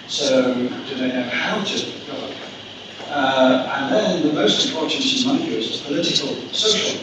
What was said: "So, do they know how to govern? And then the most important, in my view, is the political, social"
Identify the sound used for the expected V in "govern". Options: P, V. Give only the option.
P